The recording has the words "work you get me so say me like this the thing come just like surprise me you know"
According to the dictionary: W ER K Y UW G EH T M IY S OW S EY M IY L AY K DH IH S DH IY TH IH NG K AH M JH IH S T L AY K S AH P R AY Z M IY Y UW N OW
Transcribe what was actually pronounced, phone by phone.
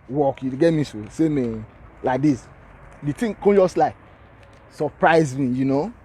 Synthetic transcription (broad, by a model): W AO K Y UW G EH T M IY S OW S EY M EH L AY K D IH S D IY T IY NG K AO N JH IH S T L AY K S AH P R AY Z M IY Y UW N OW